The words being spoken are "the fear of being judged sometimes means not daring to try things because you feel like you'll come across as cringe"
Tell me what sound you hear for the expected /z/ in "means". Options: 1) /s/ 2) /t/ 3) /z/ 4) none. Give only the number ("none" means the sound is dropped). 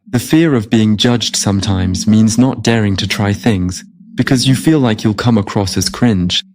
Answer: 3